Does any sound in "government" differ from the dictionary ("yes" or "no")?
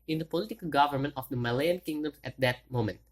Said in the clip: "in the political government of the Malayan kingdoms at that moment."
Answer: no